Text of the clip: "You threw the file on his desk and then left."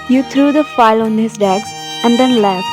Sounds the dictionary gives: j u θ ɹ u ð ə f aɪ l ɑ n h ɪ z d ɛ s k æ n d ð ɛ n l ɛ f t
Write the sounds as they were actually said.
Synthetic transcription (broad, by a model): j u t ɹ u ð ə f aɪ l ɑ n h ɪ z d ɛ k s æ n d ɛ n l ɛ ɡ